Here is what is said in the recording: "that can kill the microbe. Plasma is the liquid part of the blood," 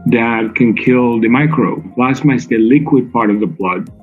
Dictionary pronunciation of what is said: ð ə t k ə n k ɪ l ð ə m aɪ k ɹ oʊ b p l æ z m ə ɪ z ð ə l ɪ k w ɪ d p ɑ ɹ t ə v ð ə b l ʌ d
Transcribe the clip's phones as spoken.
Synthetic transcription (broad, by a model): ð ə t k ə n k ɪ l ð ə m aɪ k ɹ oʊ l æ s m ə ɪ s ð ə l ɪ k w ɪ d p ɑ ɹ t ə v ð ə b l ʌ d